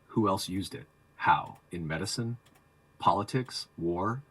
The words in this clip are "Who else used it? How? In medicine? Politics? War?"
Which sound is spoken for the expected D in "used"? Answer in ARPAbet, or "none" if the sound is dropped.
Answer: D